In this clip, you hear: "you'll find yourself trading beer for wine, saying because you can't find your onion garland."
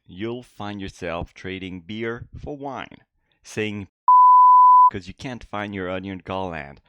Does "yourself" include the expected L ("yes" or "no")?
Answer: yes